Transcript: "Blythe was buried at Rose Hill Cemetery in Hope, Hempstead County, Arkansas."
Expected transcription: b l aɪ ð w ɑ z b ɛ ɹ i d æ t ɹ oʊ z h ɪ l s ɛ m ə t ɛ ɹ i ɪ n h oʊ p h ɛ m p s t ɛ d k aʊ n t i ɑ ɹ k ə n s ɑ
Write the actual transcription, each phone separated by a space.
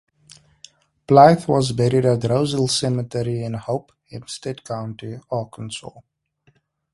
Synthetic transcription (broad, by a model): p l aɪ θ w ɑ z b ɛ ɹ i d æ t ɹ oʊ z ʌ l s ɛ m ə t ɛ ɹ i ɪ n h oʊ p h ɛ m s t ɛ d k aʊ n t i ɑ k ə n s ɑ